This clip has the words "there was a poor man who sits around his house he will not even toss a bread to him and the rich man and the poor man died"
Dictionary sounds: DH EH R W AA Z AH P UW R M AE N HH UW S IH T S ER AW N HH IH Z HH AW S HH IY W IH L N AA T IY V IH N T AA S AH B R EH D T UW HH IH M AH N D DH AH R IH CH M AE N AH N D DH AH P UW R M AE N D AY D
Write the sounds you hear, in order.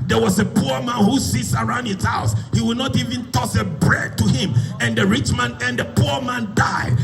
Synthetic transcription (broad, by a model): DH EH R W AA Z AH P UW R M AE N HH UW S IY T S ER AW N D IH S HH AW S HH IY W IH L N AA T IY V IH N T AA S AH B R EH D T UW HH IH M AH N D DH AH R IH CH M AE N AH N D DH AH P UW R M AE N D AY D